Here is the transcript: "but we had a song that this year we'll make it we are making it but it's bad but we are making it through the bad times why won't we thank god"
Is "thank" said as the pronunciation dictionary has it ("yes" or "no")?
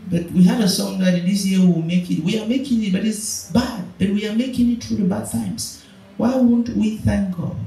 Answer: yes